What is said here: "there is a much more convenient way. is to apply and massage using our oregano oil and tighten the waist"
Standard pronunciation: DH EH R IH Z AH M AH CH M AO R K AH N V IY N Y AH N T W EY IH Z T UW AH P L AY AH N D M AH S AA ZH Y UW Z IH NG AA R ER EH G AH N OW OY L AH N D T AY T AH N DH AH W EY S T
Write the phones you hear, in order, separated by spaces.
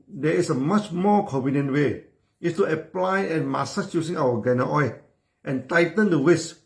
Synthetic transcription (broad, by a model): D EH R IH S AH M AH CH M AO K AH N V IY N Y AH N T W EY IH S T UW AH P L AY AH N M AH S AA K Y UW S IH NG AA W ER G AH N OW OY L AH N T AY T AH N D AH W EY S